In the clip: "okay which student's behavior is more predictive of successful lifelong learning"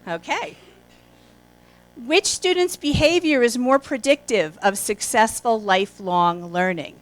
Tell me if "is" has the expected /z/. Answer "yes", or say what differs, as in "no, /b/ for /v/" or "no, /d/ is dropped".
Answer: yes